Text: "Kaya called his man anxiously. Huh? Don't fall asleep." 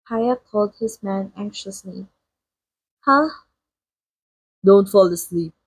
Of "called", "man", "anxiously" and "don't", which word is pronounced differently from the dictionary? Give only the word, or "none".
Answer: none